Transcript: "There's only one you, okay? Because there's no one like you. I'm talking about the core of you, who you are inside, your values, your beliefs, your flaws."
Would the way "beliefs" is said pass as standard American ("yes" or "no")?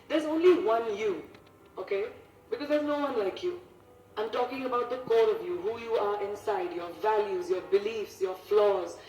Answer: yes